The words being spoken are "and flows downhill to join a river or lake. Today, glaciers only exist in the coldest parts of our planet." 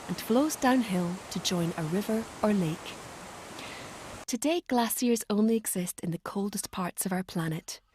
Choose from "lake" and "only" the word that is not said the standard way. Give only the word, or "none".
none